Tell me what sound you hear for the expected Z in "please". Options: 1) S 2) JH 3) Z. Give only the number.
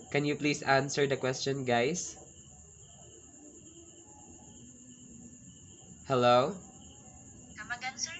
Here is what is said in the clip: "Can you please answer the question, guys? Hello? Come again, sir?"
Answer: 1